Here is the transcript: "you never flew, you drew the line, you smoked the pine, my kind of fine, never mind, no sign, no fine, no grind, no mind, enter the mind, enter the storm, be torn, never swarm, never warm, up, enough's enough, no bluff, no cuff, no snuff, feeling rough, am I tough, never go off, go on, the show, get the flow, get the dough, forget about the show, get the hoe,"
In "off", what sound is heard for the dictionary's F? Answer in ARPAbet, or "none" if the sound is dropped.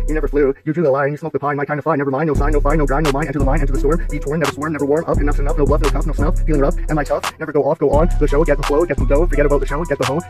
F